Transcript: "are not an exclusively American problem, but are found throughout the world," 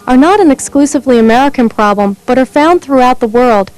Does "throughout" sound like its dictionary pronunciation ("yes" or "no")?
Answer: yes